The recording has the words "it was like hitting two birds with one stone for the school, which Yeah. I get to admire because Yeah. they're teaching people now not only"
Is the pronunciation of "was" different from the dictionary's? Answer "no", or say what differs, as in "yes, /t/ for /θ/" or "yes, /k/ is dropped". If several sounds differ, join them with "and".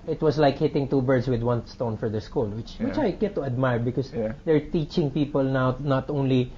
yes, /s/ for /z/